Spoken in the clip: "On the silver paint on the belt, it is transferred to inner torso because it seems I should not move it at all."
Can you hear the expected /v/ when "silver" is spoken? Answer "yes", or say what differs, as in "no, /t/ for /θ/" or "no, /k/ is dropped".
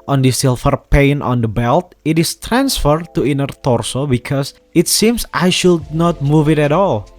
no, /f/ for /v/